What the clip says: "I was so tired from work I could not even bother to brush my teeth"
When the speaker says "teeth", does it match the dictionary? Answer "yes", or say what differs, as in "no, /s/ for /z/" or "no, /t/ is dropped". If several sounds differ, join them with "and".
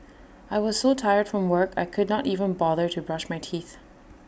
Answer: yes